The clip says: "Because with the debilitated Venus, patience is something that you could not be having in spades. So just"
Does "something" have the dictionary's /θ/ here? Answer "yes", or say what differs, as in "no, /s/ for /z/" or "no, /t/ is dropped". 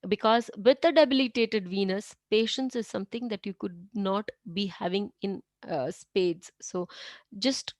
no, /t/ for /θ/